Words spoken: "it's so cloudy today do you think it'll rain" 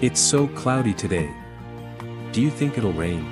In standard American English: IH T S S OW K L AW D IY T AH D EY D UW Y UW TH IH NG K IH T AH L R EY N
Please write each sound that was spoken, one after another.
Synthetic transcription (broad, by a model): IH T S S OW K L AW D IY T AH D EY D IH Y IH TH IH NG K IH T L R EY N